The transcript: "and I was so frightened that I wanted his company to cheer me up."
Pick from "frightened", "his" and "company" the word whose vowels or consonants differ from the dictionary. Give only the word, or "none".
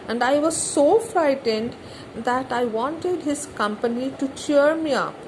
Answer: none